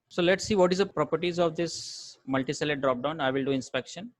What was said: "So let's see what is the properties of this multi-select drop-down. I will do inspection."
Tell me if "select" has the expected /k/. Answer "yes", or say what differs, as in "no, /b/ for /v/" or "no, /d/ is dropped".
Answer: no, /k/ is dropped